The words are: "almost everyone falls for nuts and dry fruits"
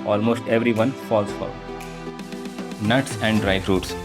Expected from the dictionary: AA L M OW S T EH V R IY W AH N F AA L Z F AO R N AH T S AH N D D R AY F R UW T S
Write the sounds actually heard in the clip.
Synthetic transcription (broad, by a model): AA L M OW S T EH V R IY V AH N F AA L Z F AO L N AH T S AH N D D R AY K R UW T S